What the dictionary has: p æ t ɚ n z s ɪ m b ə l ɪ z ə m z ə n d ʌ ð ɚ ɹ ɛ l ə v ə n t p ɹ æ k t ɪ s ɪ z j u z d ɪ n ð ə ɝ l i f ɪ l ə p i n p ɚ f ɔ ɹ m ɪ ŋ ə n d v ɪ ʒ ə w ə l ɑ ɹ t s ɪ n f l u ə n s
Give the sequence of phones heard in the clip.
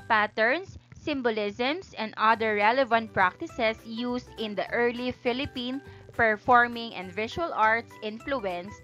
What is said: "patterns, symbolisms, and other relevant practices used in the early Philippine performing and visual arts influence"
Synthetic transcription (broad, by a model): p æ t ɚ n s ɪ m b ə l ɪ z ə m s ə n d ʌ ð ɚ ɹ ɛ l ə v ə n t p ɹ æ k t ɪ s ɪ s j u s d ɪ n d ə ɝ l i f ɪ l ə p i n p ɚ f ɔ ɹ m ɪ ŋ ə n d v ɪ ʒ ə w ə l ɑ ɹ t s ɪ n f l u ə n s